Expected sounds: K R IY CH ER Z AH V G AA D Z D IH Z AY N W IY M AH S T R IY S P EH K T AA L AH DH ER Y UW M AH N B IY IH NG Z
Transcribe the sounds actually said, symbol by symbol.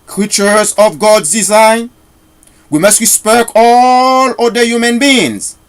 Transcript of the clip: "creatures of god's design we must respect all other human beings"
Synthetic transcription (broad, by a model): K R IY CH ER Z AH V G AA D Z D IH Z AY N W IY M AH S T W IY S P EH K AA L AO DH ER Y UW M AH N B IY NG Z